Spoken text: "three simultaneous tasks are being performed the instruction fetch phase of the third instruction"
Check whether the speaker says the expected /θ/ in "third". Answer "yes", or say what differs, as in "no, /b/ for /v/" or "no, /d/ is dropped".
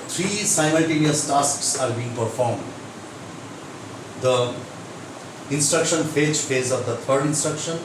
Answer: no, /t/ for /θ/